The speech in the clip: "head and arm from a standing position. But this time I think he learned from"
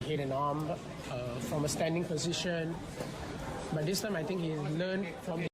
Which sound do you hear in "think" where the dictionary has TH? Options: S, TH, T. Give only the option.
T